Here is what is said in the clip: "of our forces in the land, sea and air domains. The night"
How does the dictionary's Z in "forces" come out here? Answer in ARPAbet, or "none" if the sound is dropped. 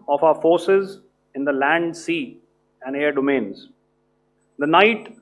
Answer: Z